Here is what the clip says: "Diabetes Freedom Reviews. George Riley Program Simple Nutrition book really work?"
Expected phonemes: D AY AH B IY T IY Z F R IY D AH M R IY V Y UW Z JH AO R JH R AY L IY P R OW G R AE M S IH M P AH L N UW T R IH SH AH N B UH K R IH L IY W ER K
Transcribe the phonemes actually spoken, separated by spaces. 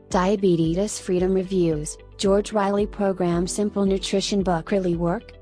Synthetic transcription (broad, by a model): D AY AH B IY T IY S F R IY D AH M R IY V Y UW Z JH AO R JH R AY L IY P R OW G R AE M S IH M P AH L N UW T R IH SH AH N B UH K R IH L IY W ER K